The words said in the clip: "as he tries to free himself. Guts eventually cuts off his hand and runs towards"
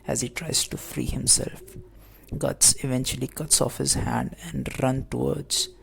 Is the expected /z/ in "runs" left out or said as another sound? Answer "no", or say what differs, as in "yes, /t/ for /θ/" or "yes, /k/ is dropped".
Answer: yes, /z/ is dropped